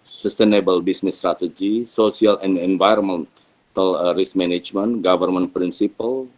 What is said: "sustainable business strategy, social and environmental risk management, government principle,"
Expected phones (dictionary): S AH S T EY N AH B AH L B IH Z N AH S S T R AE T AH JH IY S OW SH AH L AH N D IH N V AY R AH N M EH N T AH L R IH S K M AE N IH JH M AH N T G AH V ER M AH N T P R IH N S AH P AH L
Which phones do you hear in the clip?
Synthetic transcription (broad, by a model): S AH S T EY N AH B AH L B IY S N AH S S T R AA T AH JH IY S OW S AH L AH N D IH N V AY R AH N M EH N T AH L R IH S M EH N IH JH M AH N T G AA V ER M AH N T P R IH N S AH P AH L